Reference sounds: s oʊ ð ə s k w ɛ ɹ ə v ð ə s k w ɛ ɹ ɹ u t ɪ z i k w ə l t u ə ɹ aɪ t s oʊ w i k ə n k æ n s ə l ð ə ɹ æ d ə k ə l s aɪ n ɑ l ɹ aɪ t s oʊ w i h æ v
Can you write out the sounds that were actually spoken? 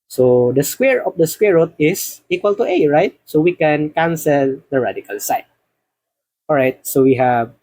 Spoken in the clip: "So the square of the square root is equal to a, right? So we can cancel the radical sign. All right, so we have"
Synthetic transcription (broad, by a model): s oʊ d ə s k w ɛ ɹ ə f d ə s k w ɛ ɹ ɹ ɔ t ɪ s i k w ə l t u ə ɹ aɪ t s oʊ w i k ə n k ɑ n s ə l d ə ɹ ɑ d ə k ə l s aɪ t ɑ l ɹ aɪ t s oʊ w i h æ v